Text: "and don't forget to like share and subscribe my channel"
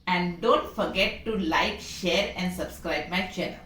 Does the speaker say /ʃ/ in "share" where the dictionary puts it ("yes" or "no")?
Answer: yes